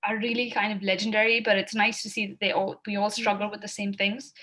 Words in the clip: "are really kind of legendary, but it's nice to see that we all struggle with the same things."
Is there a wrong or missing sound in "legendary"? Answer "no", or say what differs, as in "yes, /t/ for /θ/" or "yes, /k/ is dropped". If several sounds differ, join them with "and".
no